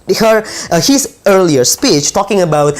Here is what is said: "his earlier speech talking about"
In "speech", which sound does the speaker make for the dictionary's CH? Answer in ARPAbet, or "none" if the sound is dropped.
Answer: CH